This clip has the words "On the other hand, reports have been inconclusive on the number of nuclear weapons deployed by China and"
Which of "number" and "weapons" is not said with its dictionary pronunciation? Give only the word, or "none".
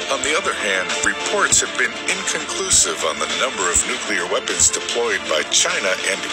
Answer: none